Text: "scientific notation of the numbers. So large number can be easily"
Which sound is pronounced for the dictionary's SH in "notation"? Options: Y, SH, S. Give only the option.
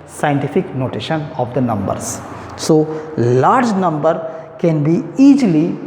SH